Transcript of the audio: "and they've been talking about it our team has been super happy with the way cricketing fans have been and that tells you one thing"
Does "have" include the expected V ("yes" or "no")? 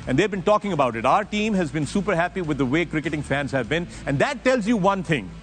yes